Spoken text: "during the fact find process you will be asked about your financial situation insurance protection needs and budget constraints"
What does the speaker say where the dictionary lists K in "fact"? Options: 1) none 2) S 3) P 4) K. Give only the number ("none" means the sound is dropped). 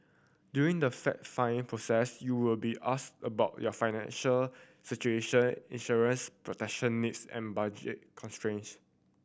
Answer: 1